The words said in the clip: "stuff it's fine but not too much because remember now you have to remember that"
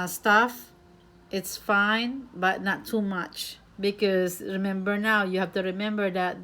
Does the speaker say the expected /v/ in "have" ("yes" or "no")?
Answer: no